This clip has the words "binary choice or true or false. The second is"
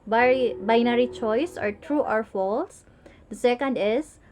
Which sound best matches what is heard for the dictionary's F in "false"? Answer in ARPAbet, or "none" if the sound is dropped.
F